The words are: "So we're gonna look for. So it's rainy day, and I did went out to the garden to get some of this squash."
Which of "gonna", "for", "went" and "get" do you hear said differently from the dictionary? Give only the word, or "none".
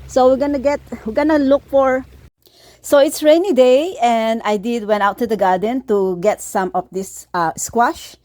none